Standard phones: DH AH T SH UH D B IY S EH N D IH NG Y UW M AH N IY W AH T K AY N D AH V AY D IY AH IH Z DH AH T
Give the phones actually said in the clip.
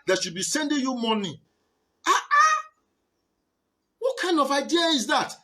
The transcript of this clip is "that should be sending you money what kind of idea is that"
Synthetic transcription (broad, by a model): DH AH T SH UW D B IY S EH N D IH NG Y UW M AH N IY W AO T K AY N D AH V AY D IY AH IH Z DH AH T